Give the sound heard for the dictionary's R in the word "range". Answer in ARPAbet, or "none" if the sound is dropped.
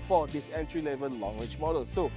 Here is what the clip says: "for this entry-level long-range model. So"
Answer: W